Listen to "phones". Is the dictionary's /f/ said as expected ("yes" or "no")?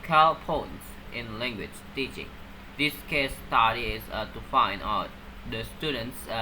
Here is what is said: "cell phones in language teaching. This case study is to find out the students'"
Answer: no